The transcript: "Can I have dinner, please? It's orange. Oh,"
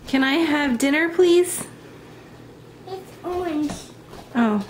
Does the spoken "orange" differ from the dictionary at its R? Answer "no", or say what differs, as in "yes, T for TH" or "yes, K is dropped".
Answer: yes, R is dropped